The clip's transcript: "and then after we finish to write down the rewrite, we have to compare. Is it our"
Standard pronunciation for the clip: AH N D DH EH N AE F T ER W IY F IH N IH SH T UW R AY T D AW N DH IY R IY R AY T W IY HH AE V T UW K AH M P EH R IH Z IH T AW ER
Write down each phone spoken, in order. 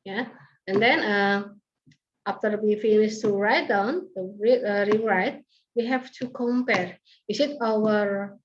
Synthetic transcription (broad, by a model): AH N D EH N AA F T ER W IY F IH N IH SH T UW R AY T D AW N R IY R IY R AY T W IY HH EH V T UW K AH M P EH R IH S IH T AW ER